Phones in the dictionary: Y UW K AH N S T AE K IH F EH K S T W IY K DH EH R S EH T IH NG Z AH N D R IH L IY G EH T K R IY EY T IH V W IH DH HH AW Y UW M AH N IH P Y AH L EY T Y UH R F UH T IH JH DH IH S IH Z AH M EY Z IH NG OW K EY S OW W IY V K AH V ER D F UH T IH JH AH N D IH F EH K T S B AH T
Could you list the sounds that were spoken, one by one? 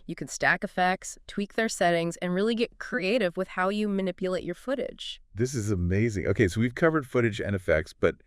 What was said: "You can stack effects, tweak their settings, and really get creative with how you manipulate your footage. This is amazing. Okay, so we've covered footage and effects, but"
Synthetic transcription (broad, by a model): Y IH K N S T AE K IH F EH K S T W IY K DH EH R S EH T IH NG Z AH N R IH L IY G EH T K R IY EY T IH V W IH DH HH AW Y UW M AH N IH P Y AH L EY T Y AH R F UH T IH JH DH IH S IH Z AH M EY Z IH NG OW K EY S OW W IY V K AH V ER D F UH T IH JH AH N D IH F EH K T S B AH T